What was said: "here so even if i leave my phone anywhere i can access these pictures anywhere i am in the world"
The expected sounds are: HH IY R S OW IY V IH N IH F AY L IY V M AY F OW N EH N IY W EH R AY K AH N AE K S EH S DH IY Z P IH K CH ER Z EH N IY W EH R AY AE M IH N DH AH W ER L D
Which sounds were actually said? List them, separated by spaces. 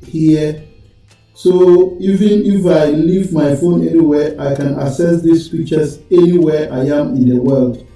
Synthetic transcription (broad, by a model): HH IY S OW IY V IH N IH F AY L IY V M AY F OW N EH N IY W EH AY K AH N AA S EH S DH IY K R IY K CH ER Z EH N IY W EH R AY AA M IH N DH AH W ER L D